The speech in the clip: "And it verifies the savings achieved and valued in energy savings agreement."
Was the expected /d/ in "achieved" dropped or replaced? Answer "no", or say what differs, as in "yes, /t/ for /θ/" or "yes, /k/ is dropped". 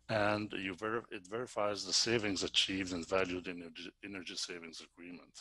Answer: no